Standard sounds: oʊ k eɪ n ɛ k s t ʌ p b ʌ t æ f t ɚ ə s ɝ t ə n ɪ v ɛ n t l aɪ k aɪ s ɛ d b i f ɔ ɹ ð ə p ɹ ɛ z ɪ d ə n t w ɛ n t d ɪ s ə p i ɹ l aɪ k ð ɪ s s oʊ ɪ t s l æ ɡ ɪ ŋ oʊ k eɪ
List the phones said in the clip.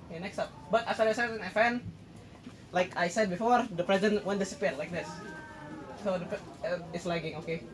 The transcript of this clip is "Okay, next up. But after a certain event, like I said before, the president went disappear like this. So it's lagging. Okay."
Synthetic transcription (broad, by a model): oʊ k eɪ n ɛ k s t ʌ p b ʌ t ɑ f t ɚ ə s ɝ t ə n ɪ f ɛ n l aɪ k aɪ s ɛ d b i f ɔ ɹ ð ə p ɹ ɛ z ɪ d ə n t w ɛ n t d ɪ s ə p i ɹ l aɪ k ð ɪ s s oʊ ɪ t s l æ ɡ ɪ ŋ oʊ k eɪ